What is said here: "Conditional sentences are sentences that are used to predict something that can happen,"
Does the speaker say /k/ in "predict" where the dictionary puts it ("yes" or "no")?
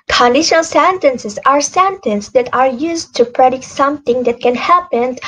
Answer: yes